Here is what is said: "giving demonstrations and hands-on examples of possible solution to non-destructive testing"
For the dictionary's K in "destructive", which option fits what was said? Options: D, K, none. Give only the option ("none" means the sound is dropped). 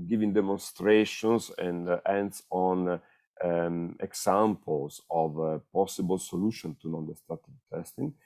none